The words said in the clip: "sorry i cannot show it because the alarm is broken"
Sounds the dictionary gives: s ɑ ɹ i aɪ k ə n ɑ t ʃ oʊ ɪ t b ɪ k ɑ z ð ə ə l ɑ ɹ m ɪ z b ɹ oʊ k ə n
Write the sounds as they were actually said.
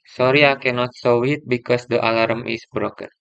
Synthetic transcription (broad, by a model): s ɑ ɹ i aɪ k ə n ɑ t s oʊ ɪ t b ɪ k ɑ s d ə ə l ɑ ɹ m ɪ s b ɹ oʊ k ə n